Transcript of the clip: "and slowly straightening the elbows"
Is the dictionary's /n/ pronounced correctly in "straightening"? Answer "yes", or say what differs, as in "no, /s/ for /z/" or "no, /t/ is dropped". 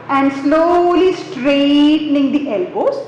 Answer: yes